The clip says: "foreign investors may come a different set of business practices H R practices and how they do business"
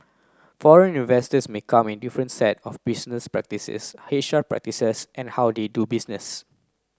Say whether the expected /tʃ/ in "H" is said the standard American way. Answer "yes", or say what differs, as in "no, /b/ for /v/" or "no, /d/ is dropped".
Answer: no, /ʃ/ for /tʃ/